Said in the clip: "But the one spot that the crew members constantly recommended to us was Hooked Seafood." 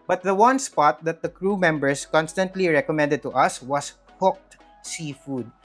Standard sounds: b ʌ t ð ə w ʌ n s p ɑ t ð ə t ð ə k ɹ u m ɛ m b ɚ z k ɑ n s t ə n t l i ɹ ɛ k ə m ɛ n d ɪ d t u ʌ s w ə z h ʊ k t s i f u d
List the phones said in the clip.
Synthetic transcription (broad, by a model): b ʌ t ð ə w ʌ n s p ɑ t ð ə t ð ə k ɹ u m ɛ m b ɚ s k ɑ n s t ə n t l i ɹ ɛ k ə m ɛ n d ɪ d t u ʌ s w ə s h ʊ k t s i f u d